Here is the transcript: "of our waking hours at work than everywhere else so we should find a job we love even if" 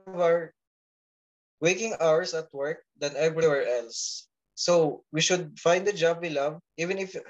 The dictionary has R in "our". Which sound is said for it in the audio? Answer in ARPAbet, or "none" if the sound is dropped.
R